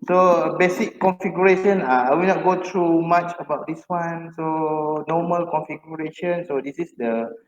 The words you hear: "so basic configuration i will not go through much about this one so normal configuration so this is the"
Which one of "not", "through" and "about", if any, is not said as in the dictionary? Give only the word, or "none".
through